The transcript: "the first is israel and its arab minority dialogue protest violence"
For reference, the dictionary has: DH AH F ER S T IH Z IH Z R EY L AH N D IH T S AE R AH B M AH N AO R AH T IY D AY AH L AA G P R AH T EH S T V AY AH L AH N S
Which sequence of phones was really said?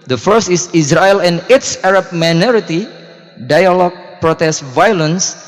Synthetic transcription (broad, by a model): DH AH F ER S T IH S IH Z R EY L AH N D IH T S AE R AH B M AH N AO R AH T IY D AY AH L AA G P R AH T EH S T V AY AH L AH N S